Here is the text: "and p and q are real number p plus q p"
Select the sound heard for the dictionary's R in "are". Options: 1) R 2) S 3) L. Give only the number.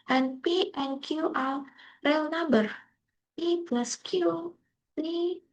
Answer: 3